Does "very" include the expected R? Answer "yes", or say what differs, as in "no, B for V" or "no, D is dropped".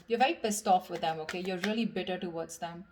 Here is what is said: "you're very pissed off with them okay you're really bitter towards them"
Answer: no, R is dropped